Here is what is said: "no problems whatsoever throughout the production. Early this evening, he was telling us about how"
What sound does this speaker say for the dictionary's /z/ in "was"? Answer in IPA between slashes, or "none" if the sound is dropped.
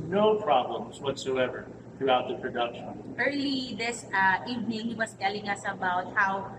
/s/